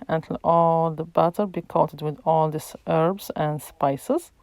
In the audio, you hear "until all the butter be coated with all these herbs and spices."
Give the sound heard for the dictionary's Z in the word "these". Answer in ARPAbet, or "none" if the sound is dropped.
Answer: S